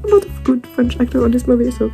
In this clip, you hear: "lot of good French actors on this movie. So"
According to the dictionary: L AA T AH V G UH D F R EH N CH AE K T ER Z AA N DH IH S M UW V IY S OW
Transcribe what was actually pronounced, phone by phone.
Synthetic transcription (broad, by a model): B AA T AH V G UH D F R EH N CH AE K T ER AA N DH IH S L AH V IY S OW